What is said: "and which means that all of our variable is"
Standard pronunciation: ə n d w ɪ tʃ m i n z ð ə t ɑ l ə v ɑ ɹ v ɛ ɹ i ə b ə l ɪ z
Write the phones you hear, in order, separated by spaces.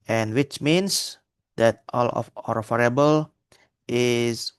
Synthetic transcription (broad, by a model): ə n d w ɪ tʃ m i n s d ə t ɑ l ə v ɑ ɹ f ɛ ɹ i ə b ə l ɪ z